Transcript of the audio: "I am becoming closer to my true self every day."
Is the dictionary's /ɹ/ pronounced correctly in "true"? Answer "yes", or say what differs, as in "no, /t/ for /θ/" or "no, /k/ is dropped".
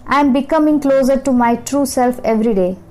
yes